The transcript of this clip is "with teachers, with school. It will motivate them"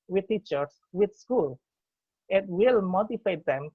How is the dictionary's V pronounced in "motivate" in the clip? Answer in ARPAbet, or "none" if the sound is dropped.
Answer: F